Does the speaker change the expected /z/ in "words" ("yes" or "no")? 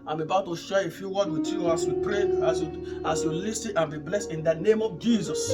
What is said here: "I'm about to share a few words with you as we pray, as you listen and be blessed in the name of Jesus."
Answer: yes